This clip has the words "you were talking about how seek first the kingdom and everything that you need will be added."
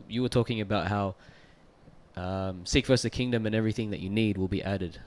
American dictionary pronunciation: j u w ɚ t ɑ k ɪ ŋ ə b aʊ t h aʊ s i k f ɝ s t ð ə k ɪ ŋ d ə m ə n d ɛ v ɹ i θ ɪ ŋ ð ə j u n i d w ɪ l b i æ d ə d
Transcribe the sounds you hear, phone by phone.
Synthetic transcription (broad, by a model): j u w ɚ t ɑ k ɪ ŋ ə b aʊ t h aʊ s i k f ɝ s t ð ə k ɪ ŋ d ə m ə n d ɛ v ɹ i θ ɪ ŋ ð ə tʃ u n i d w ɪ l b i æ d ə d